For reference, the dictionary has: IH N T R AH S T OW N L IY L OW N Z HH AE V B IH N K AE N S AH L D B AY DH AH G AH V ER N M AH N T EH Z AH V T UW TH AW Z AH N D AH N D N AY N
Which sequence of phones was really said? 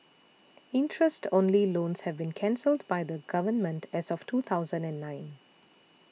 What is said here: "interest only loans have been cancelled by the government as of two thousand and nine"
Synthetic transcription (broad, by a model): IH N T R AH S T OW N L IY L OW N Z HH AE V B IH N K AE N S AH L D B AY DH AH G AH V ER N M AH N T EH Z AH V T UW T AW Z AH N D AH N D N AY N